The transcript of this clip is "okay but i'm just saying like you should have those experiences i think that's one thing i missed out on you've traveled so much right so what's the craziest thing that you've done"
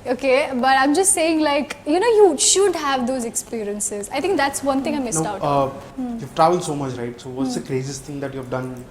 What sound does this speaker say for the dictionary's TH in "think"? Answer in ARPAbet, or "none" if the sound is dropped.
T